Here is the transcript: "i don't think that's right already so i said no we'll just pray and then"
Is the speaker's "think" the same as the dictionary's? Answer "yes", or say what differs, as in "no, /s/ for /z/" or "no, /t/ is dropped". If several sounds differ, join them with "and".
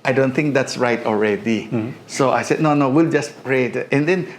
no, /t/ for /θ/